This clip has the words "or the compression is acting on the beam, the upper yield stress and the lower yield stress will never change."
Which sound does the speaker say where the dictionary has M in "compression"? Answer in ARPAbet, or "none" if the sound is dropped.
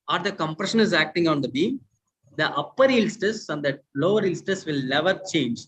M